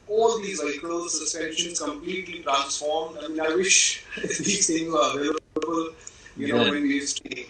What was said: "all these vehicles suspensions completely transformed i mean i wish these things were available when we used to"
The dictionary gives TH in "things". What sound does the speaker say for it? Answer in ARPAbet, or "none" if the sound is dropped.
S